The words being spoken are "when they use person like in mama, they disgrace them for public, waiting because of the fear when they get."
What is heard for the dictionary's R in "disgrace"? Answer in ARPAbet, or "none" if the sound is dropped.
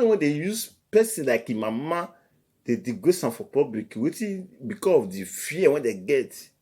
none